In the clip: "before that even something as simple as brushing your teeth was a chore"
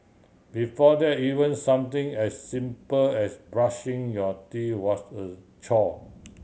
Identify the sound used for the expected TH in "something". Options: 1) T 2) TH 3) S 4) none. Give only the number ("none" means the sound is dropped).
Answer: 1